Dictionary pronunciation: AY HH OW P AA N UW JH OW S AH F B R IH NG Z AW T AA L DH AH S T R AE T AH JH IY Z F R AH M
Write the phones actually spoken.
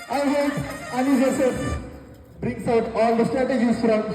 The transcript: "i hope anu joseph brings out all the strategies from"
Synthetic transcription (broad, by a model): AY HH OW AA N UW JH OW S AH B R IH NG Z AW T AA L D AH S T R AE T AH JH IY Z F R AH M